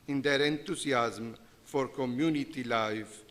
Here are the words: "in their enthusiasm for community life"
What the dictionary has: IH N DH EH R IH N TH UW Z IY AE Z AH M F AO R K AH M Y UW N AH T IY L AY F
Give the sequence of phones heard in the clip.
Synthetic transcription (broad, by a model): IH N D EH R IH N T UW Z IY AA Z M F AO R K AH M Y UW N AH T IY L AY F